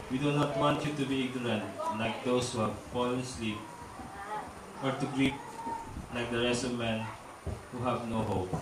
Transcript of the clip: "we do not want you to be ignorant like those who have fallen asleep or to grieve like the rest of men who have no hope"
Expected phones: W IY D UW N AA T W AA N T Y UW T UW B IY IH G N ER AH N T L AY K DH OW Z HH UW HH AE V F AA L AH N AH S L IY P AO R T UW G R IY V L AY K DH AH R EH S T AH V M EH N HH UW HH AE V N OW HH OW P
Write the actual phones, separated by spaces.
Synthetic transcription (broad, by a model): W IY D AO N AA T W AA N T Y UW T UW B IY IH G N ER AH N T L AY K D OW S HH UW HH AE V F AA L AH N S L IY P AO R T UW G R IY P L AY K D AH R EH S AH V M EH N HH UW HH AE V N OW HH OW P